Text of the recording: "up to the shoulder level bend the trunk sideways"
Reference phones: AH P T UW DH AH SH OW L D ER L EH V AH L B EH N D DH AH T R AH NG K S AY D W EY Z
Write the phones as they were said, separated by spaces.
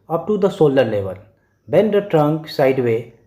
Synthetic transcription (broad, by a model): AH P T UW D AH S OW L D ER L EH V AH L B EH N D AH T R AH NG K S AY D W EY